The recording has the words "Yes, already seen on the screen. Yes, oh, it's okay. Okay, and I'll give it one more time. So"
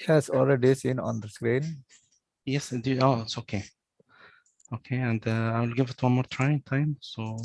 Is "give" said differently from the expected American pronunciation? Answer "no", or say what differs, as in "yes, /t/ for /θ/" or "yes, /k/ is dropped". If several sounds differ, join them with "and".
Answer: no